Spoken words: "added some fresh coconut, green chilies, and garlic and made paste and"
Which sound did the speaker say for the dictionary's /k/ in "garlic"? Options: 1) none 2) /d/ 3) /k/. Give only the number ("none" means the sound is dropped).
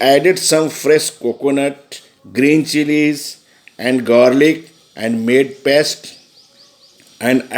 3